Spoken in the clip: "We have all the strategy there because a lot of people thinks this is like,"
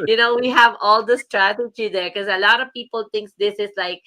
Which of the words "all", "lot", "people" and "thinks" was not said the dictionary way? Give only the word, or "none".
thinks